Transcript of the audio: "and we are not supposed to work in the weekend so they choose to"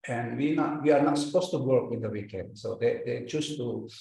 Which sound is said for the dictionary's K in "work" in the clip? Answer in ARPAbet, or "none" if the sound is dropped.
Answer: K